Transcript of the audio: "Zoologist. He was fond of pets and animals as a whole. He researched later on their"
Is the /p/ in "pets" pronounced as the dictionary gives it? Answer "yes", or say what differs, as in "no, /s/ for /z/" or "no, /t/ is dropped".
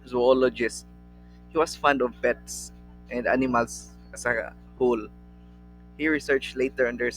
no, /b/ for /p/